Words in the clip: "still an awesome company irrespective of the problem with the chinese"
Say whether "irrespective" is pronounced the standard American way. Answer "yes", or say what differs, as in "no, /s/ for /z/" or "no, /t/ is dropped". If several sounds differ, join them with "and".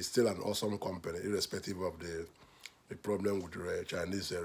yes